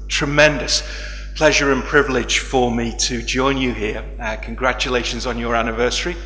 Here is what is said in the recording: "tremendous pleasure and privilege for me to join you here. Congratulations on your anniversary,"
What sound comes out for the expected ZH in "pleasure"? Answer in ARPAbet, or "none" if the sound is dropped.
ZH